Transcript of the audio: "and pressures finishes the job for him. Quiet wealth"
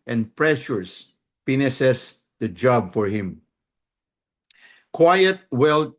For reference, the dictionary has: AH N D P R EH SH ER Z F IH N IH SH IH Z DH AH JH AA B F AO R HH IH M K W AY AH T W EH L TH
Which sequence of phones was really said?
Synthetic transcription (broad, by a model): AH N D P R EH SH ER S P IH N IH S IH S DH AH JH AA B F AO R HH IH M K W AY AH T W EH L